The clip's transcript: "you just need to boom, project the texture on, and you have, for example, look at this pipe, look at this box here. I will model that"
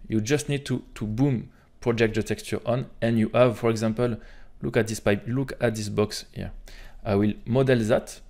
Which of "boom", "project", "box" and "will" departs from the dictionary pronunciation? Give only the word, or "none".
none